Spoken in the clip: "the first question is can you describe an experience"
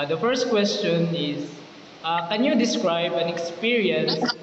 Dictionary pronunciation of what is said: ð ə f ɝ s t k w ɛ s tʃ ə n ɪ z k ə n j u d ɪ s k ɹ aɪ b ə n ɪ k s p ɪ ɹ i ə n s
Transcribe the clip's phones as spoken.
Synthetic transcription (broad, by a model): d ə f ɝ s t k w ɛ s tʃ ə n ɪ s k ə n j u d ɪ s k ɹ aɪ b ə n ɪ k s p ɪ ɹ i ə n s